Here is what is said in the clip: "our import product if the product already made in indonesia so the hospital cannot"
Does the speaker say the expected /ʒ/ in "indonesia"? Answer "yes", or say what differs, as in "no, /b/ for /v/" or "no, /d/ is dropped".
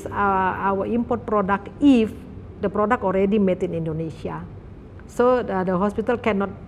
no, /s/ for /ʒ/